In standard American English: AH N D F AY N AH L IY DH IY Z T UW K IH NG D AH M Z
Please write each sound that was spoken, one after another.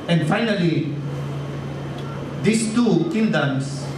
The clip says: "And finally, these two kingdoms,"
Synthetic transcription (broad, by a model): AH N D F AY N AH L IY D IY S T UW K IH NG D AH M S